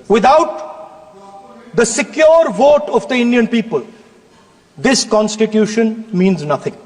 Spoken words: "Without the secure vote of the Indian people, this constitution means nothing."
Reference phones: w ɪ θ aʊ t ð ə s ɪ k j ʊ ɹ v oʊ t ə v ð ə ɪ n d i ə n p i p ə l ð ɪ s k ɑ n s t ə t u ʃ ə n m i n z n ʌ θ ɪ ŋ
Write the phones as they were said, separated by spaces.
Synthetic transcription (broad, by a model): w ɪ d aʊ t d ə s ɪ k j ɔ ɹ v oʊ t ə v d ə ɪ n d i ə n p i p ə l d ɪ s k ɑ n s t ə t u ʃ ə n m i n z n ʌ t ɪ ŋ